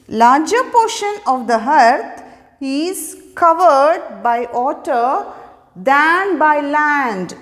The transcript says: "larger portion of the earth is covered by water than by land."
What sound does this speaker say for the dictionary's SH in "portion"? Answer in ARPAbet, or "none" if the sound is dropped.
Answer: SH